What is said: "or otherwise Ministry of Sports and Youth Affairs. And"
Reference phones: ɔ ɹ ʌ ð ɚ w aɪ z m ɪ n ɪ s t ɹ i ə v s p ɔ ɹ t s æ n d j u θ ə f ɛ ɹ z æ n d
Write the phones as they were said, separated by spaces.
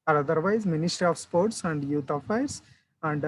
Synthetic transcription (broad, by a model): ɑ ɹ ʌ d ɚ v aɪ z m ɪ n ɪ s t ɹ i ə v s p ɔ ɹ t s æ n d j u t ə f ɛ ɹ s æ n d